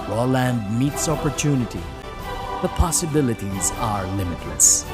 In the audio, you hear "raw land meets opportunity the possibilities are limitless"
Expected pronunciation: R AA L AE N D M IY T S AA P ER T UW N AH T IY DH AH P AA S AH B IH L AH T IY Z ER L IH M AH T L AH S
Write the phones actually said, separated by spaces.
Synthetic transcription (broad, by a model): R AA L AE N D M IY T S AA P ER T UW N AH T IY DH AH P AA S AH B IH L AH T IY Z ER L IH M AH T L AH S